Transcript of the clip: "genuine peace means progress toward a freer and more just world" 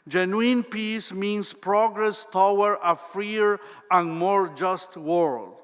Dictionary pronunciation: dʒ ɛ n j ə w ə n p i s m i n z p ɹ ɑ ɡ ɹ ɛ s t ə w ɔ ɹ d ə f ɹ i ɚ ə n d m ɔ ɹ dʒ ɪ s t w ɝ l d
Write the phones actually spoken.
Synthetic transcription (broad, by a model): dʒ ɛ n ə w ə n p i s m i n s p ɹ ɑ ɡ ɹ ɛ s t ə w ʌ ɹ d ə f ɹ i ɚ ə n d m ɔ ɹ dʒ ɪ s t w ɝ l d